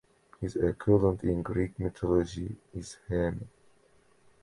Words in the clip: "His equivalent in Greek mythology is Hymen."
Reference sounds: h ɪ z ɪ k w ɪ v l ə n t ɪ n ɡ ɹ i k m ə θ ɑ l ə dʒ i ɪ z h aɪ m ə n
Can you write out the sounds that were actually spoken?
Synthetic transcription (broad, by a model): h ɪ z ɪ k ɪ l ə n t ɪ n ɡ ɹ i k m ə t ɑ l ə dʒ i ɪ z h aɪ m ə